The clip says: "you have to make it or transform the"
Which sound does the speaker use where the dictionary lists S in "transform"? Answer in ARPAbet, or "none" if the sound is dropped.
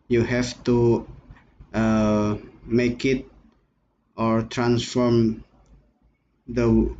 S